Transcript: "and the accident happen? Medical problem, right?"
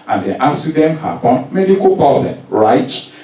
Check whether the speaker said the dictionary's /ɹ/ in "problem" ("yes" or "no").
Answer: no